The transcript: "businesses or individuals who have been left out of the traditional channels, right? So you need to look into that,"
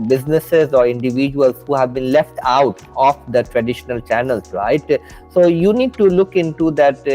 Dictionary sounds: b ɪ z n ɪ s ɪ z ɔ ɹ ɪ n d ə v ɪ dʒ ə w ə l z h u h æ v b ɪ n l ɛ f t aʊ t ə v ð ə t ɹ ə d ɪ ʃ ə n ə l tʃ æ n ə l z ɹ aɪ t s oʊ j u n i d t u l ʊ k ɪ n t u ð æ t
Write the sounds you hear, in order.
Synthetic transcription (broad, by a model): b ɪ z n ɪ s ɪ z ɔ ɹ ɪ n d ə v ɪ dʒ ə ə l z h u h æ v b ɪ n l ɛ f t aʊ t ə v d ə t ɹ ə d ɪ ʃ ə n ə l tʃ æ n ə l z ɹ aɪ t s oʊ j u n i d t u l ʊ k ɪ n t u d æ t